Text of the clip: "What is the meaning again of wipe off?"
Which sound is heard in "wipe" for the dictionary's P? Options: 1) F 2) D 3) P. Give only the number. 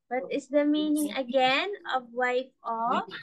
1